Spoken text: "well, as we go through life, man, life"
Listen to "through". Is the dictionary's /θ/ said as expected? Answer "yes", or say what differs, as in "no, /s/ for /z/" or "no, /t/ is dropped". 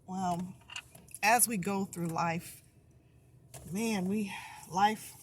yes